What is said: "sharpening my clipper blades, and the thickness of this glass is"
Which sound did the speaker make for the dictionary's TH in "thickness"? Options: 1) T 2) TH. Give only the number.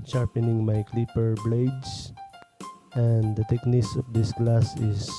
1